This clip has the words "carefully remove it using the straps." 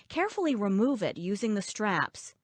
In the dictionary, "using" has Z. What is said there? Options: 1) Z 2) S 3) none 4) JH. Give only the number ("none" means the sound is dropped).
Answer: 1